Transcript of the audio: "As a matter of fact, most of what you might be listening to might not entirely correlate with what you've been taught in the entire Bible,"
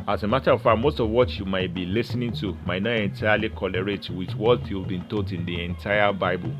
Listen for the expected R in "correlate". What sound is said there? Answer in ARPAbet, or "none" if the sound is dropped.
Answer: L